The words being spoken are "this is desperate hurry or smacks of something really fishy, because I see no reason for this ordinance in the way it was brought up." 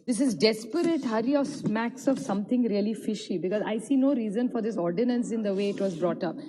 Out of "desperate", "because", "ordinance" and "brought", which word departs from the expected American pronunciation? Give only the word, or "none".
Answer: none